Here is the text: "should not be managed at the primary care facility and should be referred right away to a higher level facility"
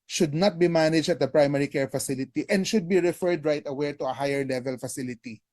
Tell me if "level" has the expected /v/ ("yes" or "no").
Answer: yes